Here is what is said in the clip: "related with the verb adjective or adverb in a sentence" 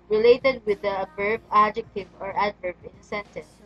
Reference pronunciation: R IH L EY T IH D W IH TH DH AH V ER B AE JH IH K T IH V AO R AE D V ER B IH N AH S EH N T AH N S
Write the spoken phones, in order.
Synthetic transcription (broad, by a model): R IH L EY T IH D W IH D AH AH B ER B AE JH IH K T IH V AO R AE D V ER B IH N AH S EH N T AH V